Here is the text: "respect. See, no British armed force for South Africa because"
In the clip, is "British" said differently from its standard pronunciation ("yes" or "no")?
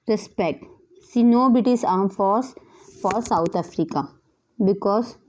yes